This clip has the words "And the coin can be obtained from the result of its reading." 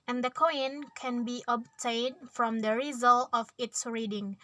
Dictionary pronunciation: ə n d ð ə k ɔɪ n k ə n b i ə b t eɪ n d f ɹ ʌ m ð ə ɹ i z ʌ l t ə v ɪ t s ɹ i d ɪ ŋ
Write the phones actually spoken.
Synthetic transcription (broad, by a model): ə n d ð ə k ɔɪ n k ə n b i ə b t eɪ n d f ɹ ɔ m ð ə ɹ i z ʌ l t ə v ɪ t s ɹ i d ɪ ŋ